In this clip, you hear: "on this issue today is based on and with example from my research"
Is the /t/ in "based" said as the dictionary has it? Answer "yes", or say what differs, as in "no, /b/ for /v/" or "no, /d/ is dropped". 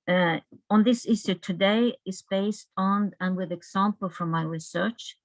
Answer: yes